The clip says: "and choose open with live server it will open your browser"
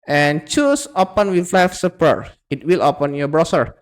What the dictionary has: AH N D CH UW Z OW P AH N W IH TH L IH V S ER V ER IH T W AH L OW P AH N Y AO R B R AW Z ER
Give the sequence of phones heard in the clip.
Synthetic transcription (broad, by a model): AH N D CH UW S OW P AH N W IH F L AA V S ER P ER IH T W AH L OW P AH N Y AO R B R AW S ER